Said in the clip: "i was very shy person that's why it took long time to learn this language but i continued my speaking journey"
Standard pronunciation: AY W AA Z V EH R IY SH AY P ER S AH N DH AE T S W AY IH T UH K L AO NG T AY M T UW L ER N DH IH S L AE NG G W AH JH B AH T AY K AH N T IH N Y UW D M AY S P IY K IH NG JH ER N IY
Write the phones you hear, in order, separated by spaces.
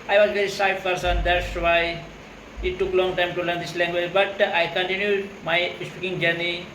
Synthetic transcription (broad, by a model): AY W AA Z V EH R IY S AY P ER S AH N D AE T S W AY IH T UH K L AO NG T AY M T UW L ER N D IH S L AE NG G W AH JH B AH T AY K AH N T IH N Y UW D M AY S P IY K IH NG JH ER N IY